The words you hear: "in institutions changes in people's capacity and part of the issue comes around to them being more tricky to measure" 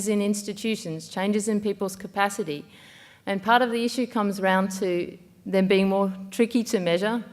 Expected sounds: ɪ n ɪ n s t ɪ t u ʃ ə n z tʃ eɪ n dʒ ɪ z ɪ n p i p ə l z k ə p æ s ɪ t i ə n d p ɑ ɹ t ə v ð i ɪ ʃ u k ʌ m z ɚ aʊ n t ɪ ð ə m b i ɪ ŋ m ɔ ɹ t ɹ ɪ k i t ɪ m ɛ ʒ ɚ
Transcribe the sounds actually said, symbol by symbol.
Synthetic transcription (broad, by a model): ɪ n ɪ n s t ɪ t u ʃ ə n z tʃ eɪ n dʒ ɪ z ɪ n p i p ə l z k ə p æ s ɪ t i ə n p ɑ ɹ t ə v ð i ɪ ʃ u k ʌ m z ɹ aʊ n t ɪ ð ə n b i ɪ ŋ m ɔ ɹ t ɹ ɪ k i t ɪ m ɛ ʒ ɚ